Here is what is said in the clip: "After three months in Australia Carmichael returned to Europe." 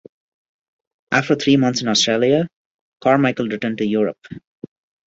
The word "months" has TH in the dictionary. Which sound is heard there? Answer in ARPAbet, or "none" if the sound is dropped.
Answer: T